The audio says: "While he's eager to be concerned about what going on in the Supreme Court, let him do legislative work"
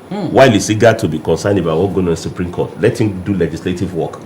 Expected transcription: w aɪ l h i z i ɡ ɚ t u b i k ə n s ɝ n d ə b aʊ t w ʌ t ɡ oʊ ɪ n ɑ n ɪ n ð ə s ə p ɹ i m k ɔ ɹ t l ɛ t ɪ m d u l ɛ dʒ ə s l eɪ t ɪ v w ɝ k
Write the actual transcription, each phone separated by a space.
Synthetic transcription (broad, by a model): w aɪ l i s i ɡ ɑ t u b i k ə n s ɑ n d ə b aʊ t w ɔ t ɡ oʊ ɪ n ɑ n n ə s ə p ɹ i m k ɔ t l ɛ t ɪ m d u l ɛ dʒ ə s l eɪ t ɪ v w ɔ k